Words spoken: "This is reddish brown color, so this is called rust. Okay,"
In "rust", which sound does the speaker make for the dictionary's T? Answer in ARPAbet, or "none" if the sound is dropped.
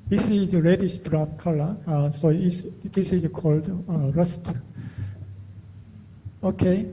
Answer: T